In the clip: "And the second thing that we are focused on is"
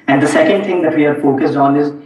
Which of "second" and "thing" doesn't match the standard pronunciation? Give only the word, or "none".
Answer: thing